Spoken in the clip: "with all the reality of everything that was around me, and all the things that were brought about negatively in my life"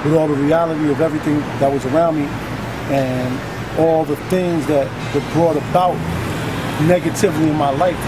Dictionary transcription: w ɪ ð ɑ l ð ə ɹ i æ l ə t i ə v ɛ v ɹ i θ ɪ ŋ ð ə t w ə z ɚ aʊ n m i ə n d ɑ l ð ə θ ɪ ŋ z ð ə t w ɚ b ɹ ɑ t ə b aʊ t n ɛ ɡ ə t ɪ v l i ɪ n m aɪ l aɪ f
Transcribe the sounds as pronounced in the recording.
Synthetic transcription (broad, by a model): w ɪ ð ɑ l ð ə ɹ i æ l ə t i ə v ɛ v ɹ i θ ɪ ŋ ð ə t w ə z ɚ aʊ n m i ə n ɑ l ð ə θ ɪ ŋ z ð ə t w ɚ b ɹ ɑ t ə b aʊ t n ɛ ɡ ə t ɪ v l i ɪ n m aɪ l aɪ f